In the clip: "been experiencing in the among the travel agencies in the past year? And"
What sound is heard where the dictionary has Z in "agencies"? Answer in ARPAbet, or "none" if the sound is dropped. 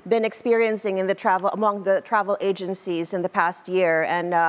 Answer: Z